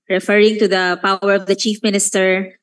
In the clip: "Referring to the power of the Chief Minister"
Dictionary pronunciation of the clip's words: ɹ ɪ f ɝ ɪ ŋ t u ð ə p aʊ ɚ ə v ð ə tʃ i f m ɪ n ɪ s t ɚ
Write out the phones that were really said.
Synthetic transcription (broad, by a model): ɹ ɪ f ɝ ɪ ŋ t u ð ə p aʊ ɚ ə v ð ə tʃ i f m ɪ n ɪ s t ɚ